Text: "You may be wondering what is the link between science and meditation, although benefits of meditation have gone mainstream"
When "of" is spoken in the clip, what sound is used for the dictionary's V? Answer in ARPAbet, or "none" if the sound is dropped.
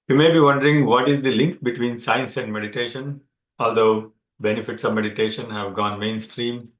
V